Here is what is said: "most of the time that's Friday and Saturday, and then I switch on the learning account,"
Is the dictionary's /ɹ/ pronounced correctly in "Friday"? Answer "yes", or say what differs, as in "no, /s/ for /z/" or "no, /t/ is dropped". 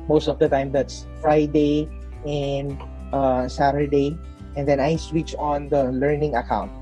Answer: yes